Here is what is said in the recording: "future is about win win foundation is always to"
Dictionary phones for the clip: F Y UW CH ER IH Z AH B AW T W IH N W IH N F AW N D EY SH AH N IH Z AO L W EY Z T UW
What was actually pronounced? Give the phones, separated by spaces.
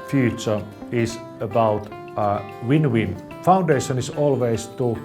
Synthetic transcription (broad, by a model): F Y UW CH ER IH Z AH B AW T W IH N W IH N F AW N D EY SH AH N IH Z AO L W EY S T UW